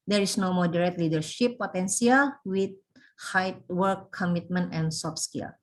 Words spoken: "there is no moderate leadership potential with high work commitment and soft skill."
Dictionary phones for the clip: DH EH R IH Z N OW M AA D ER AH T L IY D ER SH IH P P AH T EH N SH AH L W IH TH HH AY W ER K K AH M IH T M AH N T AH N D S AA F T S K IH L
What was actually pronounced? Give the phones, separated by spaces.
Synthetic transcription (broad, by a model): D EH R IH S N OW M AA D ER AH T L IY D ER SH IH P P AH T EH N S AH L W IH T HH AY W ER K K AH M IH T M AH N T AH N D S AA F S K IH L